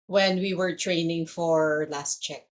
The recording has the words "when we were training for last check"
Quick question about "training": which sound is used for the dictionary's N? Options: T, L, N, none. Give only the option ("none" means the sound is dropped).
N